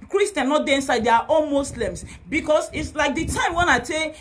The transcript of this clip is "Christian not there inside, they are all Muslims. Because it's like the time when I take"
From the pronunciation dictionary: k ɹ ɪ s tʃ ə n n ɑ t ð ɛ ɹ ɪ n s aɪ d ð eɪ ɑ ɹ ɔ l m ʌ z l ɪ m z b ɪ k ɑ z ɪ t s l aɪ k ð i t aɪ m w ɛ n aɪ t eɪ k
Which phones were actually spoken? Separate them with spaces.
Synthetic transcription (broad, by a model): k ɹ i s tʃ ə n n ɑ t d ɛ ɪ n s aɪ d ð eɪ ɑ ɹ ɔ n m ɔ s l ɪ m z b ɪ k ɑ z ɪ t s l aɪ k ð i t aɪ m w ɛ n aɪ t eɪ